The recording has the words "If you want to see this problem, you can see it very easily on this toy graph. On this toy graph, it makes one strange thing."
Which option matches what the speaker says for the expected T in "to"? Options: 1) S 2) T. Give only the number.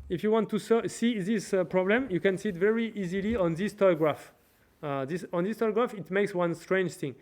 1